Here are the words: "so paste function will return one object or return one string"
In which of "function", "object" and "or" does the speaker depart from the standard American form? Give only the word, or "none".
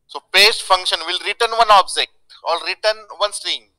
or